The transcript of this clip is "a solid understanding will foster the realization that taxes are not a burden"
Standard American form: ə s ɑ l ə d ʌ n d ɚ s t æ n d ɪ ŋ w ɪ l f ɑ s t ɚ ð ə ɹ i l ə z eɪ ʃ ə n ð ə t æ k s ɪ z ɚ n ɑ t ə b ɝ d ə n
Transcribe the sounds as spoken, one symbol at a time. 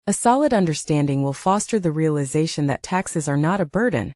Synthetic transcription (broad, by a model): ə s ɑ l ə d ʌ n d ɚ s t æ n d ɪ ŋ w ɪ l f ɑ s t ɚ ð ə ɹ i l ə z eɪ ʃ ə n ð ə t æ k s ɪ z ɚ n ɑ t ə b ɝ d n